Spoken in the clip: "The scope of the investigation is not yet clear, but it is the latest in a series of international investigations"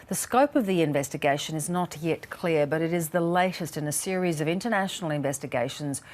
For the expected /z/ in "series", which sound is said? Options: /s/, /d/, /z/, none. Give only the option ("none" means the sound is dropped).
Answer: /z/